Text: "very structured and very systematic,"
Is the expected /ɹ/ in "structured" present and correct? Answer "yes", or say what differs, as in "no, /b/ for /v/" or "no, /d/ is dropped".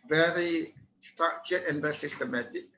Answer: no, /ɹ/ is dropped